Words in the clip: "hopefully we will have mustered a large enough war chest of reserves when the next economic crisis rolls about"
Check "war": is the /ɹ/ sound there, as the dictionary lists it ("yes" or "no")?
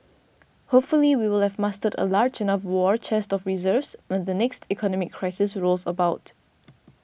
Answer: yes